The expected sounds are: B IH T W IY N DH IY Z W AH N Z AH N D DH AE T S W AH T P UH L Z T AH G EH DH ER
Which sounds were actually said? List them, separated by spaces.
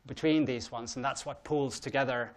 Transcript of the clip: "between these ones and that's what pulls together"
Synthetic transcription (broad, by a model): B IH T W IY N DH IY Z W AH N Z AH N DH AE T S W AH T P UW L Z T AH G EH DH ER